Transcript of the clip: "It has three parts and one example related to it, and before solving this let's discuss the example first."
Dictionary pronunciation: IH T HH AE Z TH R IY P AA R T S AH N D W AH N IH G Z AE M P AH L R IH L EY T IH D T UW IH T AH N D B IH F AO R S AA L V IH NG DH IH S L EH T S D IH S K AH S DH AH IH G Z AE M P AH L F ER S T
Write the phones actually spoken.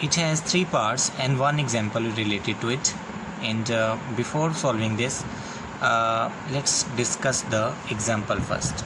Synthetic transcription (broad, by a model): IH T HH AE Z T R IY P AA R T S AH N D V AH N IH G Z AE M P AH L R IH L EY T IH D T UW IH T AH N D B IH F AO R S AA L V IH NG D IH S L EH T S D IH S K AH S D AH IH G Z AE M P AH L F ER S T